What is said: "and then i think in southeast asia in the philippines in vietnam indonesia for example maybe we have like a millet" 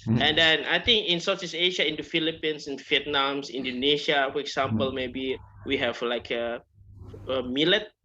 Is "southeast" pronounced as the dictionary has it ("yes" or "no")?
no